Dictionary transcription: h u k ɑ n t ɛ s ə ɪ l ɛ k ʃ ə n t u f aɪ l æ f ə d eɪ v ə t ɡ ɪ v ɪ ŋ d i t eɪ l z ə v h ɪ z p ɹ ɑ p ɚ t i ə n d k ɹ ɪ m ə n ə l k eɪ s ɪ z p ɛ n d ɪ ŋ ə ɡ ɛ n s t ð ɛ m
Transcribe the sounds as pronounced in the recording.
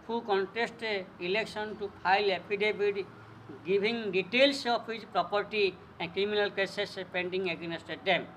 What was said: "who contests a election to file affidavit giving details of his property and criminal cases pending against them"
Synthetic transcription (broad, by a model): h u k ɑ n t ɛ s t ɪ l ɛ k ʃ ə n t u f aɪ l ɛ p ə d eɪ b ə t ɡ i b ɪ ŋ d i t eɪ l s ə p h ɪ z p ɹ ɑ p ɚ t i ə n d k ɹ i m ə n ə l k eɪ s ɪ s p ɛ n d ɪ ŋ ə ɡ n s t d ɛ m